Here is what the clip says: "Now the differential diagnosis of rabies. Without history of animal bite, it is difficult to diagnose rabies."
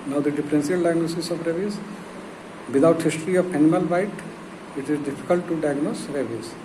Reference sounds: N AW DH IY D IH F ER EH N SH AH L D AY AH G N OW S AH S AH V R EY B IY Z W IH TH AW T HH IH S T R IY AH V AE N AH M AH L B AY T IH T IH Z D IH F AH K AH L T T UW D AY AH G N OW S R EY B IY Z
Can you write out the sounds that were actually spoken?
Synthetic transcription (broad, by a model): N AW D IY D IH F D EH N S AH L D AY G N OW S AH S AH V R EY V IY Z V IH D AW T HH IH S T R IY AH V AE N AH M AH L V AY T IH T IH Z D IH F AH K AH L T T UW D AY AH G N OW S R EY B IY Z